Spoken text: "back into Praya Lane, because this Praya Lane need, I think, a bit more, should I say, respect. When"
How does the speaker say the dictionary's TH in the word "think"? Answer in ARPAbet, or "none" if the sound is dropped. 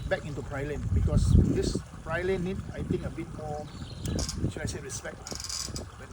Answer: T